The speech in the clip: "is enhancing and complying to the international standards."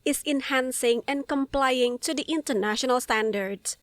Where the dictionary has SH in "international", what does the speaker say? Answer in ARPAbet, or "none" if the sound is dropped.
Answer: SH